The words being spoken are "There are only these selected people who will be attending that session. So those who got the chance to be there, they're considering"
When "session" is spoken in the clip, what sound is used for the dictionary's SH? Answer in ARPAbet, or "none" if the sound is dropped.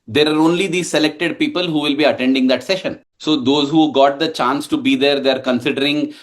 SH